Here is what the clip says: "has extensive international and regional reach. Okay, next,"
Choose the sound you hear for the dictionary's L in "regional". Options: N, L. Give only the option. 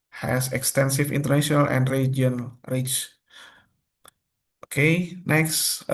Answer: N